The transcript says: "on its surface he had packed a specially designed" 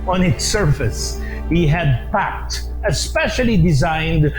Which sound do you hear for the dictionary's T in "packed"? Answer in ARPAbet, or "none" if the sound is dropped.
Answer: T